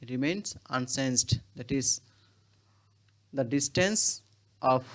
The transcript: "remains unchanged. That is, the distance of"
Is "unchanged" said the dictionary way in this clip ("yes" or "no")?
no